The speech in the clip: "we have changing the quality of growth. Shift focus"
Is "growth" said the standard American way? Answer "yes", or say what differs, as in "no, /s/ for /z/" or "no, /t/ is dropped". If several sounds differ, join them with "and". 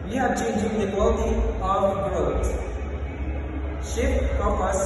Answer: no, /t/ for /θ/